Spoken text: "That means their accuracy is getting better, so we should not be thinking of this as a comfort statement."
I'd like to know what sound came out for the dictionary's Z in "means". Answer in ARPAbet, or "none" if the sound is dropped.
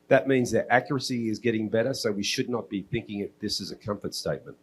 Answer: Z